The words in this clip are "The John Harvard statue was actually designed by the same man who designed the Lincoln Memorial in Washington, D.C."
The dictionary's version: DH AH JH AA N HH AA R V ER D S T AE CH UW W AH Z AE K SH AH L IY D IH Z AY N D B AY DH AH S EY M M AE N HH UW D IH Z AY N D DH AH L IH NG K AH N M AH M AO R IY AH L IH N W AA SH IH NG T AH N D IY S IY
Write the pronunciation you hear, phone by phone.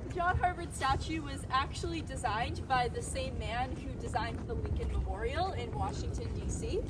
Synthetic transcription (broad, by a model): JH AA N HH AA R V ER D S T AE CH UW W AH Z AE K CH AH L IY D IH Z AY N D B AY DH AH S EY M M AE N HH UW D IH Z AY N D DH AH W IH K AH N M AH M AO R IY L IH N W AA SH IH NG T AH N D IY S IY